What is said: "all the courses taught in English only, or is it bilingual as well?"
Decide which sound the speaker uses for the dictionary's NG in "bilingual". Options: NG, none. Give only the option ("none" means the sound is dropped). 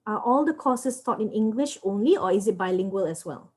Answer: NG